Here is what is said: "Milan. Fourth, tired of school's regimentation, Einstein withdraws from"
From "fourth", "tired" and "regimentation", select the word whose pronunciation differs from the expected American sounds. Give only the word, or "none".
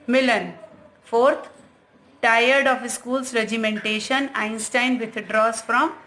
fourth